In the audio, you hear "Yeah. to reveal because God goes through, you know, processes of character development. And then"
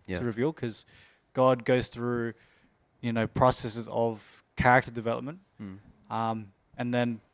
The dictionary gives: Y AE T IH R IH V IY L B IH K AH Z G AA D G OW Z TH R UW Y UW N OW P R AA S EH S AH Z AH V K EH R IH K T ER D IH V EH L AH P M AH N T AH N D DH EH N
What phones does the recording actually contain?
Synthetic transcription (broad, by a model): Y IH R IH V IY L K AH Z G AA D G OW Z TH R UW Y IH N OW P R AA S EH S AH Z AH V K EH R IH K T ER D IH V EH L AH P M AH N T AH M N DH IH N